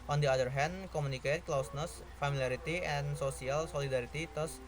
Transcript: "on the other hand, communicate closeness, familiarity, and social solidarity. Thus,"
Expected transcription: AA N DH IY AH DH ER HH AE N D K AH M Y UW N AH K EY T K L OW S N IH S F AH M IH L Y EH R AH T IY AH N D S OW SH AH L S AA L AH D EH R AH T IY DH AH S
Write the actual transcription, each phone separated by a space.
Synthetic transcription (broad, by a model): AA N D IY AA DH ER HH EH N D K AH M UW N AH K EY T K L OW S N IH S F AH M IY L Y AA R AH T IY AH N S OW S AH L S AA L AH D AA R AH T IY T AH S